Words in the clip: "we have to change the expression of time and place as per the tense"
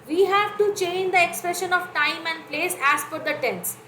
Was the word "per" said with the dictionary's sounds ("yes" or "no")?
no